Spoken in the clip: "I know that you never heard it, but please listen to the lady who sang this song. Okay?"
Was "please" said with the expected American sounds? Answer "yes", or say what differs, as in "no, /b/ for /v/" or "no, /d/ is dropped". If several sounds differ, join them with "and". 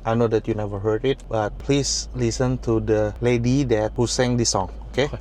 no, /s/ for /z/